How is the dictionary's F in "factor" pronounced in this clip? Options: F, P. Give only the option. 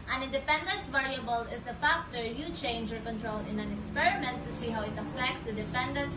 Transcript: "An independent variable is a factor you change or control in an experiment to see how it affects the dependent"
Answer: F